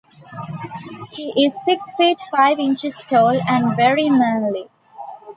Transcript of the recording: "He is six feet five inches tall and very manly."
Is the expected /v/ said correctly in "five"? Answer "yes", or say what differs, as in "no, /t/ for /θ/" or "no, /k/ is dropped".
yes